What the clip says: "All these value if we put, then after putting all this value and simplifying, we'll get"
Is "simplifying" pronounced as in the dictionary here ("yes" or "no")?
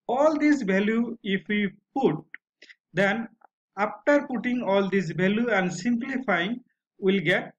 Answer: yes